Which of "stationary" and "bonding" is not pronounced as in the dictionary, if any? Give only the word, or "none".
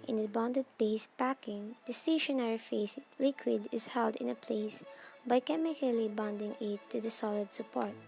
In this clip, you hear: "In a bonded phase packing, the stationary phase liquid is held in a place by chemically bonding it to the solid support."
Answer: none